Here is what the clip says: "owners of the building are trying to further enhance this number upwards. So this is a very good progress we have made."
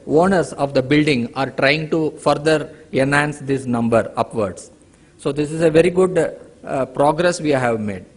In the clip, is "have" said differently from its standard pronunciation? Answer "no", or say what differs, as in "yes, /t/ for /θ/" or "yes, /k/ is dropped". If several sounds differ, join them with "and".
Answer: no